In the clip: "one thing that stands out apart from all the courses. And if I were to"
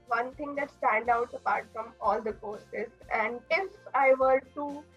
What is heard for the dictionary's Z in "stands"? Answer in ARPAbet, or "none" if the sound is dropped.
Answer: none